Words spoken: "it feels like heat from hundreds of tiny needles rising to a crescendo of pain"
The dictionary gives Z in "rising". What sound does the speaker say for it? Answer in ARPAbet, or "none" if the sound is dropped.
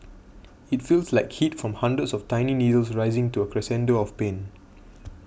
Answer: Z